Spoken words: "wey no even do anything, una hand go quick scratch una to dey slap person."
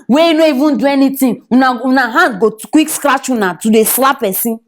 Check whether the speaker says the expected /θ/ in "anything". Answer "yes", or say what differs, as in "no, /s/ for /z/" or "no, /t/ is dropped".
no, /t/ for /θ/